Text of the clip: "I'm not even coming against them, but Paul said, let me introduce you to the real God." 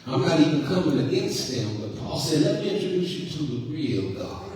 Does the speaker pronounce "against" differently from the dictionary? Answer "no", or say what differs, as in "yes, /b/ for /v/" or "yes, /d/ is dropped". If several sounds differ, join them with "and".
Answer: no